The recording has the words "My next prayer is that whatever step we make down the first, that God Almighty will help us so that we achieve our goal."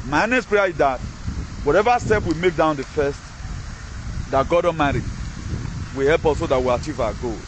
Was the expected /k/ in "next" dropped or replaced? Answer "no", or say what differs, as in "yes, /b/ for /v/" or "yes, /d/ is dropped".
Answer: yes, /k/ is dropped